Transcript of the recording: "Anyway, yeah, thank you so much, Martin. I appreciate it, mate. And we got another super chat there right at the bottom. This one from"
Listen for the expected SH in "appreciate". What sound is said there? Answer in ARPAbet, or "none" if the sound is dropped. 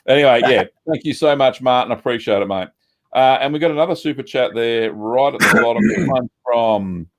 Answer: SH